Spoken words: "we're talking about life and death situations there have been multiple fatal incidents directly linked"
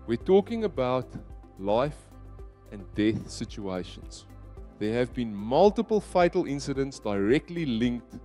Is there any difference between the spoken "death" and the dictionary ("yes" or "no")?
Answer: no